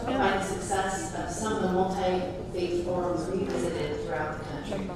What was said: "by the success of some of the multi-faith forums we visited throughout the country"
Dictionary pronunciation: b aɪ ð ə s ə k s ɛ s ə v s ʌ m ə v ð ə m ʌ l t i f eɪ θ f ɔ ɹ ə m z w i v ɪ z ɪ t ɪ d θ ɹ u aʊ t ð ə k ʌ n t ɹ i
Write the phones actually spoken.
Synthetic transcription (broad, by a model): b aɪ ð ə s ə k s ɛ s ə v s ʌ m ə v ð ə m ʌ l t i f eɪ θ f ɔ ɹ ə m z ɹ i v ɪ z ɪ t ɪ d θ ɹ u aʊ t ð ə k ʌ n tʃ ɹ i